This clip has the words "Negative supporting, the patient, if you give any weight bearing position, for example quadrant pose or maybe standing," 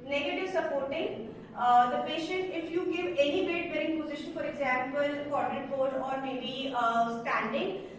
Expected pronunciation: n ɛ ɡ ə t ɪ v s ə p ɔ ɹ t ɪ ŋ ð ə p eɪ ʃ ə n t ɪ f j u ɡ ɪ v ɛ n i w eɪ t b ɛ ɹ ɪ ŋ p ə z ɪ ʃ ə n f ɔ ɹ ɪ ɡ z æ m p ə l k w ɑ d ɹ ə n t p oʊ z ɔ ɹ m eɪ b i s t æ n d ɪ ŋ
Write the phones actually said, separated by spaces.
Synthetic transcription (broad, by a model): n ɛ ɡ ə t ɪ v s ə p ɔ ɹ t ɪ ŋ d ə p eɪ ʃ ə n t ɪ f j u ɡ ɪ v ɛ n i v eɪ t b ɛ ɹ ɪ ŋ p ə z ɪ ʃ ə n f ɔ ɹ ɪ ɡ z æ m p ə l k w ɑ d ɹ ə t b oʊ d ɔ ɹ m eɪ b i s t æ n d ɪ ŋ